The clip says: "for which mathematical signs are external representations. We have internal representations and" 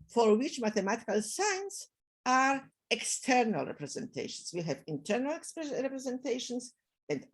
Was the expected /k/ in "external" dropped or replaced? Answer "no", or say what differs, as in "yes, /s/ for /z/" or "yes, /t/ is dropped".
no